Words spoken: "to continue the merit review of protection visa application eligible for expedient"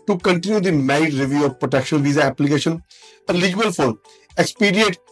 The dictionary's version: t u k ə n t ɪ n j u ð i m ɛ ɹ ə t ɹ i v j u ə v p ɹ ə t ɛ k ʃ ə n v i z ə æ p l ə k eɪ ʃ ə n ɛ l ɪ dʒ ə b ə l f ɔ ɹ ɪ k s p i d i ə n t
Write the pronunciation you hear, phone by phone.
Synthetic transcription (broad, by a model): t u k ə n t ɪ n j u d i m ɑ ə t ɹ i v j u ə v p ɹ ə t ɛ k ʃ ə n v i z ə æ p l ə k eɪ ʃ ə n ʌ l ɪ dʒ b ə l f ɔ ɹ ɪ k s p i d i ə n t